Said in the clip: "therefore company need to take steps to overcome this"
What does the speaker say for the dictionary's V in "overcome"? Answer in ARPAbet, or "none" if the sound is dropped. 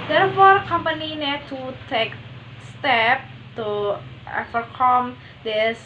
F